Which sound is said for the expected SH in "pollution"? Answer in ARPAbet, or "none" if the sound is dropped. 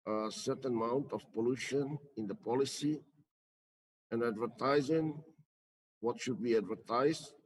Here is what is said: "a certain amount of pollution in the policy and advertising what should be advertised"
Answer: SH